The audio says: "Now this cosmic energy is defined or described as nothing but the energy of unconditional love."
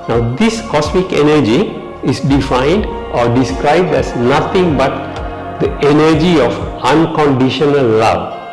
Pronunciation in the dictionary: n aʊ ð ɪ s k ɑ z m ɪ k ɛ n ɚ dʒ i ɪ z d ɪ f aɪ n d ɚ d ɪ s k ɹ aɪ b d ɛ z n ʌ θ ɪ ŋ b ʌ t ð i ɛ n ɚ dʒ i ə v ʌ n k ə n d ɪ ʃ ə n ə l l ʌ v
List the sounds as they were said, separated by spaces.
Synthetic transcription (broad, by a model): n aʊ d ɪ s k ɑ s m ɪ k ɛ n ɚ dʒ i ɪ s d ɪ f aɪ n d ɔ d ɪ s k ɹ aɪ b d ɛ s n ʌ t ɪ ŋ b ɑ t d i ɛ n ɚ dʒ i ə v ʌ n k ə n d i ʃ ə n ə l l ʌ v